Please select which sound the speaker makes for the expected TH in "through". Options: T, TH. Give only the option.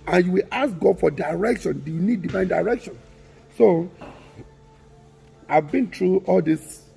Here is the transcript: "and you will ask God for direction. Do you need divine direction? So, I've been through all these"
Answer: T